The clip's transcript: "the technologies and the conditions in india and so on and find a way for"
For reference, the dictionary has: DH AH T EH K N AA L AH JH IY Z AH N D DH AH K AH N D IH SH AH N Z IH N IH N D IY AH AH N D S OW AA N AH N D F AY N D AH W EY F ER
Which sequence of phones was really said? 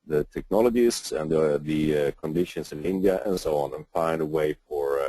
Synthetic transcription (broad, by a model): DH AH T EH K N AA L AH JH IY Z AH N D DH AH K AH N D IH SH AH N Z IH N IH N D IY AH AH N S OW AA N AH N F AY N D AH W EY F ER